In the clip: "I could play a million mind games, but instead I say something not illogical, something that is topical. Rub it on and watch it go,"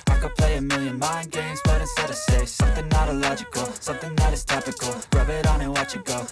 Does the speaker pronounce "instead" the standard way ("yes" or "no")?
no